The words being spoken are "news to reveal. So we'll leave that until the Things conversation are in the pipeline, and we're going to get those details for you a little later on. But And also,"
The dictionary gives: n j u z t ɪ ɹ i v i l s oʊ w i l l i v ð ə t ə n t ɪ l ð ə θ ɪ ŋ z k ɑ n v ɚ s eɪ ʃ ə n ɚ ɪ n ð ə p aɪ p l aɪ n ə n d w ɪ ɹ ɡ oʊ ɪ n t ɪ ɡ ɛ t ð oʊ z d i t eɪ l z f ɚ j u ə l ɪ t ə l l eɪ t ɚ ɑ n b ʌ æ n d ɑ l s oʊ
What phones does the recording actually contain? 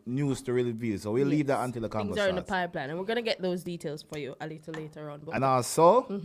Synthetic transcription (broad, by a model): n j u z t ɪ ɹ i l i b s oʊ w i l l i v ð ə t ə n t ɪ l ð ə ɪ k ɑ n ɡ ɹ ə ɚ ɪ n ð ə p aɪ p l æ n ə n w ɪ ɹ ɡ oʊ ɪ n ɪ ɡ ɛ t ð oʊ z d i t eɪ l z f ɚ j u ə l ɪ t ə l l eɪ t ɚ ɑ n b ʌ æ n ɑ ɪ s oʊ